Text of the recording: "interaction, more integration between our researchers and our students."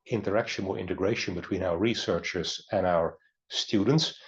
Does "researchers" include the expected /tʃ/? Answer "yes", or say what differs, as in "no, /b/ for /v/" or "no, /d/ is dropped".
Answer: yes